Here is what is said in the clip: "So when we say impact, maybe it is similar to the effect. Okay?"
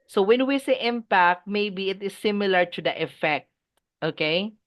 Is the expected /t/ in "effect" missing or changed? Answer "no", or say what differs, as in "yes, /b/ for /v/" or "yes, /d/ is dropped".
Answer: no